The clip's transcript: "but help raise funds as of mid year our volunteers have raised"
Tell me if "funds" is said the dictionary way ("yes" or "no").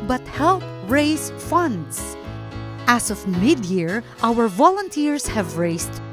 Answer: no